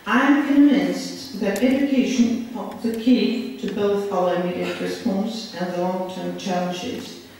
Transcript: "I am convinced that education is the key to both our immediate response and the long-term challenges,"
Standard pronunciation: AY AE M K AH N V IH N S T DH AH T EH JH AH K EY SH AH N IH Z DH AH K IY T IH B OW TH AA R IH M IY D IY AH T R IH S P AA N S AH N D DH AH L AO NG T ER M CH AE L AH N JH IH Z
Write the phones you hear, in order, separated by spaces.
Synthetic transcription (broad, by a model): AY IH M K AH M V IH N S DH AH T EH JH AH K EY SH AH N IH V DH AH K IY T IH B OW TH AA L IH UH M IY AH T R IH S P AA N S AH N DH AH L AO NG T ER M CH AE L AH N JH IH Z